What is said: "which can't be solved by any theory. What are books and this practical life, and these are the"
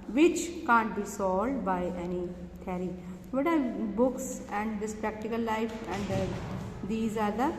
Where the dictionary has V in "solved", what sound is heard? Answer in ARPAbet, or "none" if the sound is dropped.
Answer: none